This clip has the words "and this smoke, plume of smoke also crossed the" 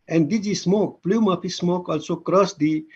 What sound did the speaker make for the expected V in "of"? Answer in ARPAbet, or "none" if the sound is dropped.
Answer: P